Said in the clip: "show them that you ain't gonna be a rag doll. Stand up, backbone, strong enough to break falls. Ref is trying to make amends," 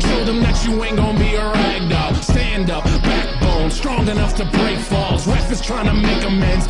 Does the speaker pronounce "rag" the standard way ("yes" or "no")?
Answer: yes